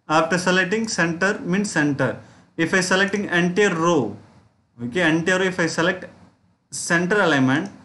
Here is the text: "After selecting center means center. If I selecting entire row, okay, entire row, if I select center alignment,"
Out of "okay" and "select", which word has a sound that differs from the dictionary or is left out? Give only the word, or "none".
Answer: none